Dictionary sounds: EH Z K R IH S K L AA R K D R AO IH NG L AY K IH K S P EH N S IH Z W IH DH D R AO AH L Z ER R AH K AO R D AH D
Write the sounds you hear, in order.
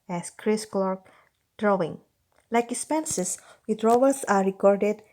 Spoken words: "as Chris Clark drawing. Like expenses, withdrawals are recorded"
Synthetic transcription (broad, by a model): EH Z K R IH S K L AA R K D R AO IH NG L AY K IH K S P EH N S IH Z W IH D R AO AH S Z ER R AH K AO R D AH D